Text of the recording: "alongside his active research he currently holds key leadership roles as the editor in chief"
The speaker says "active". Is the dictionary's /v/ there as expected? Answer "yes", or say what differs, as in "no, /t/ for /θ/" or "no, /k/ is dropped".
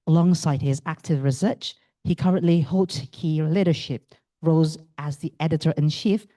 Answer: yes